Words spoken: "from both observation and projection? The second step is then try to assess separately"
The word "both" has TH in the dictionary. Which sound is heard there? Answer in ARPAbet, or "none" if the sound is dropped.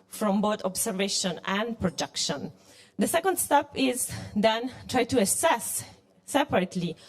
T